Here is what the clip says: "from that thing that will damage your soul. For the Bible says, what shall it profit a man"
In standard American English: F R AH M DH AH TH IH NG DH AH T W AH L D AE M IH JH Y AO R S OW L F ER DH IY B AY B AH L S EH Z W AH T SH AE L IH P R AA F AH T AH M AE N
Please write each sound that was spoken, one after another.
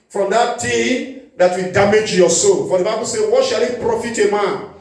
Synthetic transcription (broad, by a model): F R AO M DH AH T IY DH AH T W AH D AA M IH JH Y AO S OW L F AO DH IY B AY B AH L S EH W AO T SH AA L IH P R AA F AH T AH M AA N